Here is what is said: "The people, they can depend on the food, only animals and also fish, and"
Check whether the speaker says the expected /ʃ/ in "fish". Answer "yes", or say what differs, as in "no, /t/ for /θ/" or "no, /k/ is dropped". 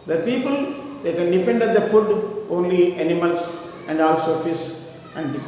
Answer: no, /s/ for /ʃ/